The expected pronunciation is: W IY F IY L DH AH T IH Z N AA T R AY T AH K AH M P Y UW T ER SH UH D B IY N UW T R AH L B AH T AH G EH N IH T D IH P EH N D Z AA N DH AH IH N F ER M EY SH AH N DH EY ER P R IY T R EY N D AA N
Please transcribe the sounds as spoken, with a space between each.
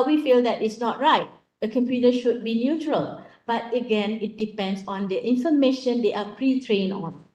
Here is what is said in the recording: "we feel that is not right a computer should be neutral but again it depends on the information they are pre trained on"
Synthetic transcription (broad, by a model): W IY F IY L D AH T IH S N AA T R AY T AH K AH M P Y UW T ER SH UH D B IY N UW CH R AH L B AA T AH G EH N IH T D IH P EH N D S AA N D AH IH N F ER M EY SH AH N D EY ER P R IY T R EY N AA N